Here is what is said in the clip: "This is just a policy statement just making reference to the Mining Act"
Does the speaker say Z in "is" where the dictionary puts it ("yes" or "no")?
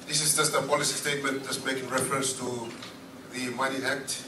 no